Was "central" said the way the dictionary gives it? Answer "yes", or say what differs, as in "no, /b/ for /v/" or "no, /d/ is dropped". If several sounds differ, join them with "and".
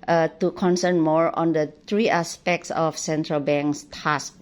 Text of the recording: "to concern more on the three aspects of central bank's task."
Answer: yes